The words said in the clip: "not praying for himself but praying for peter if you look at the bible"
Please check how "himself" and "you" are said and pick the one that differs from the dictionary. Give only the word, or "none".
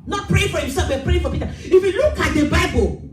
himself